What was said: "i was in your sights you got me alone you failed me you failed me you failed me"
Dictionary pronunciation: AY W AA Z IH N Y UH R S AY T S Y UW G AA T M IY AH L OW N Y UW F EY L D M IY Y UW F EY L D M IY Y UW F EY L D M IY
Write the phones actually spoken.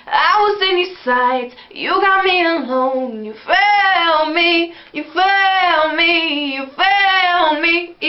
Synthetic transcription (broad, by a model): AY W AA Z IH N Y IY S AY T Y UW G AA T M IY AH N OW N Y UW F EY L M IY Y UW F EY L M IY Y UW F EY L M IY